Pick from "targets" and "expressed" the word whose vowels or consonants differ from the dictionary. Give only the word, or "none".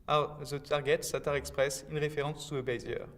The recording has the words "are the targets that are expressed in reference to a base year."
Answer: expressed